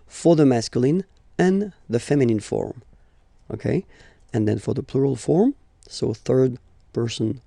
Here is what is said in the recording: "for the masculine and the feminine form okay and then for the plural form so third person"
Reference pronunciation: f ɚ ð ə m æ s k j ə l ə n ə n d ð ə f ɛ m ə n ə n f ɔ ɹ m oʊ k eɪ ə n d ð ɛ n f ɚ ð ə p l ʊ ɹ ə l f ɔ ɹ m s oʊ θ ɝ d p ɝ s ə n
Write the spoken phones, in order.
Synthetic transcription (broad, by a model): f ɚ ð ə m æ s k j ə l ə n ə n ð ə f ɛ m ə n ə n f ɔ ɹ m oʊ k eɪ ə n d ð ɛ n f ɚ ð ə p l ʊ ɹ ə l f ɔ ɹ m s oʊ θ ɝ d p ɝ s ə n